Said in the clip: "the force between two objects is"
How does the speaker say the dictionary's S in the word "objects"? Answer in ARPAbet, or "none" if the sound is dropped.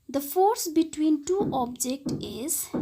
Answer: none